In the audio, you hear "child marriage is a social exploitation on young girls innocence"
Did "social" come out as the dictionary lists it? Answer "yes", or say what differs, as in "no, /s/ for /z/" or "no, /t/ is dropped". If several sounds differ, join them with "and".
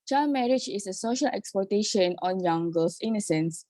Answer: yes